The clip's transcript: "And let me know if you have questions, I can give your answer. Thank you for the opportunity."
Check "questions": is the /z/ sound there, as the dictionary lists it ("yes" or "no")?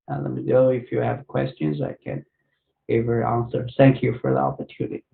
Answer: yes